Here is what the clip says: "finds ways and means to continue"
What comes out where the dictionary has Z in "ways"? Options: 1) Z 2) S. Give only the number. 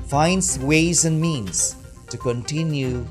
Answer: 1